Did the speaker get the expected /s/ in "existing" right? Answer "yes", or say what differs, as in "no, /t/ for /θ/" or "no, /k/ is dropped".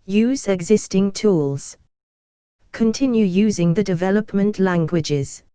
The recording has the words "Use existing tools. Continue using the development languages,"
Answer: yes